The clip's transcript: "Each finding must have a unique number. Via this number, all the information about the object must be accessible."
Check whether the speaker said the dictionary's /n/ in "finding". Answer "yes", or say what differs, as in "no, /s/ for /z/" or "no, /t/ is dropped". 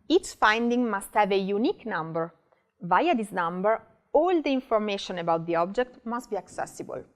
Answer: yes